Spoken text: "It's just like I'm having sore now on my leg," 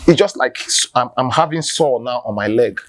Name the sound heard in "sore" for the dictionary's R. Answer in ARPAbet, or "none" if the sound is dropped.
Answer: L